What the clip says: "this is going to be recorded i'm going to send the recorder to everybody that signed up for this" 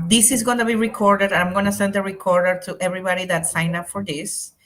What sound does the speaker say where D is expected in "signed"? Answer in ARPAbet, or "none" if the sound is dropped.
none